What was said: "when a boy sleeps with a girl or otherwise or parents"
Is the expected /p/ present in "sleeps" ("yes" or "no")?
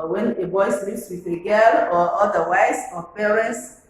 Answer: no